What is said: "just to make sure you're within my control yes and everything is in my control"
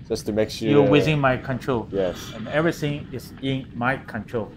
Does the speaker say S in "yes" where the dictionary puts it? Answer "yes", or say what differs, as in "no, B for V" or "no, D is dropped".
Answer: yes